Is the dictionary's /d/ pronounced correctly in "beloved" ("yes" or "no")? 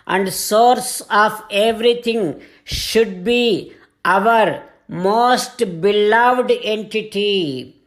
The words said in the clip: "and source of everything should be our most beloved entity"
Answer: yes